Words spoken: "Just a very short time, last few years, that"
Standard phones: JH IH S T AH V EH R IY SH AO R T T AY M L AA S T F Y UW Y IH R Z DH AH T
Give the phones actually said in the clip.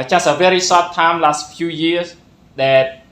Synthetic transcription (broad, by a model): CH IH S AH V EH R IY S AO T T AY M L AA S T F Y UW Y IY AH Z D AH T